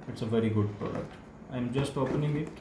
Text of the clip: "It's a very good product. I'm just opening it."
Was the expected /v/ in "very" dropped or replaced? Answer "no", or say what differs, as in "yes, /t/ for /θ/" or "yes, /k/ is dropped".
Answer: no